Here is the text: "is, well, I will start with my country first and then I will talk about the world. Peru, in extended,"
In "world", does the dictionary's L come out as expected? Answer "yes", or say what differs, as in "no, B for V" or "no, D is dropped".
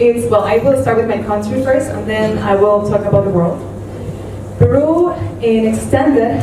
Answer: yes